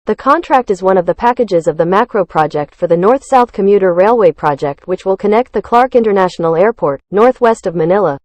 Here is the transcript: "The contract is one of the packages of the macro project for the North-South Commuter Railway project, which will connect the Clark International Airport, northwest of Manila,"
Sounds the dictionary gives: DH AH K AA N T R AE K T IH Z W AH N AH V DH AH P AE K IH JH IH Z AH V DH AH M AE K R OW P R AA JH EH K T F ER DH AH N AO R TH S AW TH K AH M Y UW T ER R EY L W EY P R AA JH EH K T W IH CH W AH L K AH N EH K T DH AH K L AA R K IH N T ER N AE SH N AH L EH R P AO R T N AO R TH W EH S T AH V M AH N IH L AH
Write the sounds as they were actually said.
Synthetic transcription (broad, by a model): DH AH K AA N T R AE K T IH Z W AH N AH V DH AH P AE K IH JH IH Z AH V DH AH M AE K R OW P R AA JH EH K T F ER DH AH N AO R TH S AW TH K AH M Y UW T ER R EY L W EY P R AA JH EH K T W IH CH W AH L K AH N EH K T DH AH K L AA R K IH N T ER N AE SH N L EH R P AO R T N AO R TH W EH S T AH V M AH N IH L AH